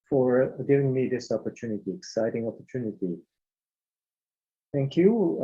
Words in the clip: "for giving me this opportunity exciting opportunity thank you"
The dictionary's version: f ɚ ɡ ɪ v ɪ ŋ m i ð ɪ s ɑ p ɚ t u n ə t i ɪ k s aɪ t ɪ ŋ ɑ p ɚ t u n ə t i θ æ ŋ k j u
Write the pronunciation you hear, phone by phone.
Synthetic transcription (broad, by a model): f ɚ ɡ ɪ v ɪ ŋ m i ð ɪ s ɑ p ɚ t u n ə t i ɪ k s aɪ t ɪ ŋ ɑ p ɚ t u n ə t i θ æ ŋ k j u